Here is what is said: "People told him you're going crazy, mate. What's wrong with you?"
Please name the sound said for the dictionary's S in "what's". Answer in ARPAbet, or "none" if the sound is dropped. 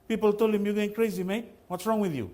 S